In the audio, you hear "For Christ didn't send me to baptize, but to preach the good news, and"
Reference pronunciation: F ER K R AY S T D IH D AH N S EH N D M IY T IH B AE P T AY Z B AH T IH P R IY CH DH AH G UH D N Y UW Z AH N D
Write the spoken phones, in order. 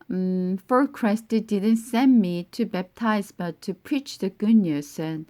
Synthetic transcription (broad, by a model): F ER K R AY S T D IH D AH N S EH N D M IY T IH B AE P T AY Z B AH T IH P R IY CH DH AH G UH N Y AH S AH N